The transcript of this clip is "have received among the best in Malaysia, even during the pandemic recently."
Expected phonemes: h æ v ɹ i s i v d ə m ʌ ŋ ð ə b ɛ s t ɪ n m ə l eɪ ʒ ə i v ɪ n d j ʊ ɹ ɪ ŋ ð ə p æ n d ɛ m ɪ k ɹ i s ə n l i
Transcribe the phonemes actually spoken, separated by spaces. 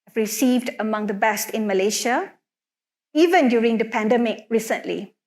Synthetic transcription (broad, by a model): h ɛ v ɹ i s i v d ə m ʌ ŋ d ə b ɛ s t ɪ n m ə l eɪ ʃ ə i v ɪ n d j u ɹ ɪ ŋ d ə p æ n d ɛ m ɪ k ɹ i s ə n l i